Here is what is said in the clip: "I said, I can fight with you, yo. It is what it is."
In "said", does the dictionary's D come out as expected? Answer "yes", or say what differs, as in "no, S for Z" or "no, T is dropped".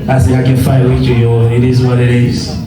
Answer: no, D is dropped